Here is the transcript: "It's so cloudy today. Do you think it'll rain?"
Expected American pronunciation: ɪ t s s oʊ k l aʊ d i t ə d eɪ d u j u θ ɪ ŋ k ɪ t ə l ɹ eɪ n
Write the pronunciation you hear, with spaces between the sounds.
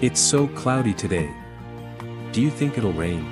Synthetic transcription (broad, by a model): ɪ t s s oʊ k l aʊ d i t ə d eɪ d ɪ j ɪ θ ɪ ŋ k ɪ t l ɹ eɪ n